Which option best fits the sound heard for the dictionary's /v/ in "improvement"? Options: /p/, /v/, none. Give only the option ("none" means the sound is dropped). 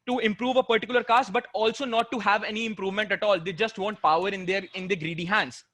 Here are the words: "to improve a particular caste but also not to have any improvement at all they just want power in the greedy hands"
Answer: /v/